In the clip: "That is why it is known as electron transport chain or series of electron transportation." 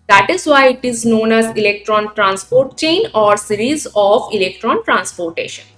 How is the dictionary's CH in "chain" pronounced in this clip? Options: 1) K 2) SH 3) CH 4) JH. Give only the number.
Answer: 3